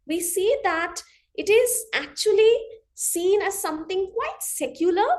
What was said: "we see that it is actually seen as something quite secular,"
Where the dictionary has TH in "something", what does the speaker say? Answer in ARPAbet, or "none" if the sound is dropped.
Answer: T